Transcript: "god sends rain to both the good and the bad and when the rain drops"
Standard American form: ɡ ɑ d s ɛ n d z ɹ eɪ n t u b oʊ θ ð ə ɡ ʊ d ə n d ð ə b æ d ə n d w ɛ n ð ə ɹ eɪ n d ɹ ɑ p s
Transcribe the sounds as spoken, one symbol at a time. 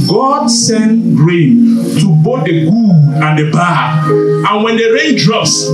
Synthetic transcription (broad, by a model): ɡ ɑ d s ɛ n ɹ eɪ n t u b oʊ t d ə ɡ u ə n d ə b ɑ ə n w ɛ n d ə ɹ eɪ n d ɹ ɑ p s